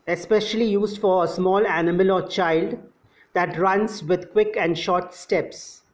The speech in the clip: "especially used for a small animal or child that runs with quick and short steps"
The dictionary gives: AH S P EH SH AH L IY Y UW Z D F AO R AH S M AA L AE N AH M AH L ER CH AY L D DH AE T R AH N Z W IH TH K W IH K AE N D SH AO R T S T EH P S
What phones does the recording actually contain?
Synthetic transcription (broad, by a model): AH S P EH SH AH L IY Y UW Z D F AO R AH S M AA L AE N AH M AH L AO CH AY L D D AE T R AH N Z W IH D K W IH K AE N D SH AO R T S T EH P S